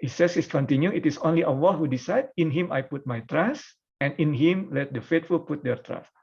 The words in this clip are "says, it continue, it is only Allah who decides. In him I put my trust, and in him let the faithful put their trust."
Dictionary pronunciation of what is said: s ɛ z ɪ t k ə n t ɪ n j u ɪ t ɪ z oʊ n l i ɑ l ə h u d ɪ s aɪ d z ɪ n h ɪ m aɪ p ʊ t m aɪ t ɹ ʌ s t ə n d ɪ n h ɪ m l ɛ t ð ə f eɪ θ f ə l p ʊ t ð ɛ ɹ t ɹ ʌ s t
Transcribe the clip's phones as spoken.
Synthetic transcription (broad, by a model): s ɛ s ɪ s k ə n t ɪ n j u ɪ t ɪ s oʊ n l i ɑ w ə h u d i s aɪ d ɪ n h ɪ m aɪ p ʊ t m aɪ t ɹ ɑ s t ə n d ɪ n h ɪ m l ɛ t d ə f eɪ t f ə l p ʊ t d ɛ ɹ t ɹ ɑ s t